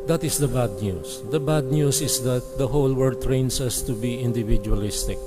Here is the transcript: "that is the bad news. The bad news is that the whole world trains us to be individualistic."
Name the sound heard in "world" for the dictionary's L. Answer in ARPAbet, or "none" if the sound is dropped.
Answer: none